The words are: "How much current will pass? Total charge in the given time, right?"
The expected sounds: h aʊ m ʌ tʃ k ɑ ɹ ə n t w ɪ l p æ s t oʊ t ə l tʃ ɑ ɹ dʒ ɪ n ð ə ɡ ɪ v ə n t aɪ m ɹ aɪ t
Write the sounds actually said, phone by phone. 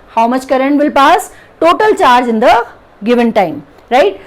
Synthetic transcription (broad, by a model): h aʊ m ʌ tʃ k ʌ ɹ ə n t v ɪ l p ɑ s t oʊ t ə l tʃ ɑ ɹ dʒ ɪ n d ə ɡ ɪ v ə n t aɪ m ɹ aɪ t